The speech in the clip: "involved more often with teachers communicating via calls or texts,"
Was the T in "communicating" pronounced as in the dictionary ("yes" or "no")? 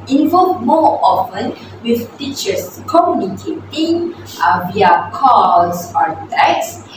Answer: yes